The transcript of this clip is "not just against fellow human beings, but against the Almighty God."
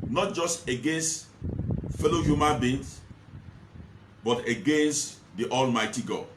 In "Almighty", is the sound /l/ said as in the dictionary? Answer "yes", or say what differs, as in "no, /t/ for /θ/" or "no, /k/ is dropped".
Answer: yes